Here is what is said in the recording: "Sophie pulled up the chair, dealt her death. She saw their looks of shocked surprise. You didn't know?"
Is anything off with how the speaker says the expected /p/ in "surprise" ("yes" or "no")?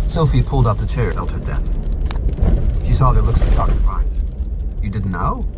yes